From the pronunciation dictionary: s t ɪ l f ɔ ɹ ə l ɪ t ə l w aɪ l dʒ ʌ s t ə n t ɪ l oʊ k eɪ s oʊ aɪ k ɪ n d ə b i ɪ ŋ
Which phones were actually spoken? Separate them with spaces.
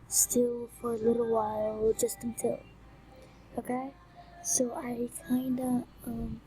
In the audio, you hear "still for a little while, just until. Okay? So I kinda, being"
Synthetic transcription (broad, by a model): s t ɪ l f ɔ ɹ ə l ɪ t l w aɪ l dʒ ʌ s t ə n t ɪ l oʊ k eɪ s oʊ aɪ k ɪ n d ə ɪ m